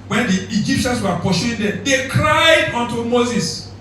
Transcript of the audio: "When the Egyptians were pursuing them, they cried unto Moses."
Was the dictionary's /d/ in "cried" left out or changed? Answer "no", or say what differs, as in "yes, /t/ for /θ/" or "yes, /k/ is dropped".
no